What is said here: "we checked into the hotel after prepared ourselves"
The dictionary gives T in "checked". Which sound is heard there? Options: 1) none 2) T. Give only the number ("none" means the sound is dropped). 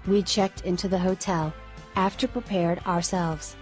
2